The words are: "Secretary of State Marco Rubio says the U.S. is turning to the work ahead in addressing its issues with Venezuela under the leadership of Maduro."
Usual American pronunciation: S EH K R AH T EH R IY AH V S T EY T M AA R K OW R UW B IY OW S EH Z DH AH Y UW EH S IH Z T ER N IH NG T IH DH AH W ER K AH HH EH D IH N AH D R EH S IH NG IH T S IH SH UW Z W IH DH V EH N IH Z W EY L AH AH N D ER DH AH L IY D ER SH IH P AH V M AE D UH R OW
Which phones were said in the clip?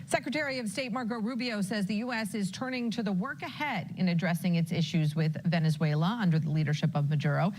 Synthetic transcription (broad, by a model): S EH K R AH T EH R IY AH V S T EY T M AA R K OW R UW B IY OW S EH Z DH AH Y UW EH S IH Z T ER N IH NG T IH DH AH W ER K AH HH EH D IH N AH D R EH S IH NG IH T S IH SH UW Z W IH DH V EH N IH Z W EY L AH AH N D ER DH AH L IY D ER SH IH P AH V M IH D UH R OW